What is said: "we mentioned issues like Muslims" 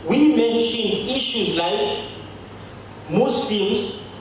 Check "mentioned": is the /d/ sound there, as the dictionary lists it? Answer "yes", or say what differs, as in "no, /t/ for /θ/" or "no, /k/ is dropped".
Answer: yes